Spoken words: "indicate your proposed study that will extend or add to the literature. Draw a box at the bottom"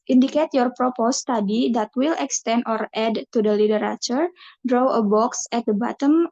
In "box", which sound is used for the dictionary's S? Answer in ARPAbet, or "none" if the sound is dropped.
S